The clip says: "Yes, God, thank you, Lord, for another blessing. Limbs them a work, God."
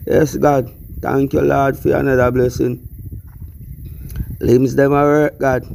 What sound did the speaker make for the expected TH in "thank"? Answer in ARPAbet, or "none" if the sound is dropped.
T